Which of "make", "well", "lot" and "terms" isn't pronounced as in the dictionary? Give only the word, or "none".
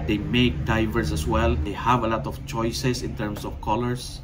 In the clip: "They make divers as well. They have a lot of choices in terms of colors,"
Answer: terms